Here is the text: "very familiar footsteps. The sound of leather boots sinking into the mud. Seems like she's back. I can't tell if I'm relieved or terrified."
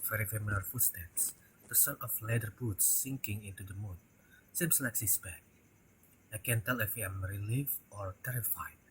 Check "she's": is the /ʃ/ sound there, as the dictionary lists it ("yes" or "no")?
no